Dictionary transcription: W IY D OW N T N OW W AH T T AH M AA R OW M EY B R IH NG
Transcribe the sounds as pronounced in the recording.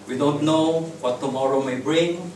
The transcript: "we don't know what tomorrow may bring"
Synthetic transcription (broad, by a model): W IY D OW N T N OW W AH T T AH M AA R OW M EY B R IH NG